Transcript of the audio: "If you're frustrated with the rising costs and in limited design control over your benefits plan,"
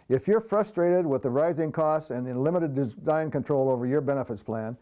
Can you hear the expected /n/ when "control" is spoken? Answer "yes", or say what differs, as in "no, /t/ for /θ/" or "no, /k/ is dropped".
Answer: yes